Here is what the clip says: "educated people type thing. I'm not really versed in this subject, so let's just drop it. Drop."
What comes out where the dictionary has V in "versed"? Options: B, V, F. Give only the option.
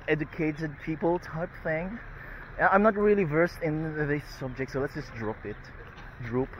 V